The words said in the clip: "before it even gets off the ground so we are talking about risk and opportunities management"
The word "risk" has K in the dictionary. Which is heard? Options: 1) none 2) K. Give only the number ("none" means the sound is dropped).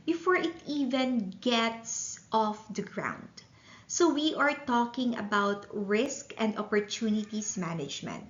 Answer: 2